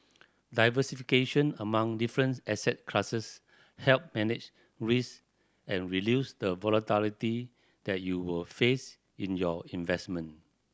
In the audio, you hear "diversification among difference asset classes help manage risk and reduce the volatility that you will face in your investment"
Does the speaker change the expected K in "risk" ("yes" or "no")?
yes